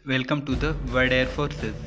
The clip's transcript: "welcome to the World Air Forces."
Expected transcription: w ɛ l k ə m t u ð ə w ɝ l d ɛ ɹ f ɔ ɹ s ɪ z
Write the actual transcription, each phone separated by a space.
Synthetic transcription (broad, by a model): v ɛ l k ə m t u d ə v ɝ d ɛ ɹ f ɔ ɹ s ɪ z